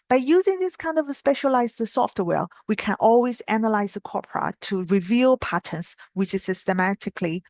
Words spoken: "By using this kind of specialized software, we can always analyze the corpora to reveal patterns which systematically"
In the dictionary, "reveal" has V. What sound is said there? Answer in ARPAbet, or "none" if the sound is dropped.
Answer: V